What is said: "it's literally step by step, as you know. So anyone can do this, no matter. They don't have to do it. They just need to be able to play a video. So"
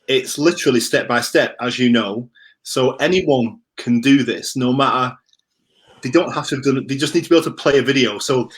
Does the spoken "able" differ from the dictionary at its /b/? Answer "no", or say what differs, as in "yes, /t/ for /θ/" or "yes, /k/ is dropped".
yes, /b/ is dropped